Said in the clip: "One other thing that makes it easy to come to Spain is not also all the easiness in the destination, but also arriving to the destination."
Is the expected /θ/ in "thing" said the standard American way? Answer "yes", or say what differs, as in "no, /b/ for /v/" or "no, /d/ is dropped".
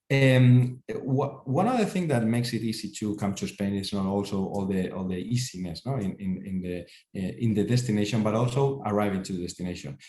yes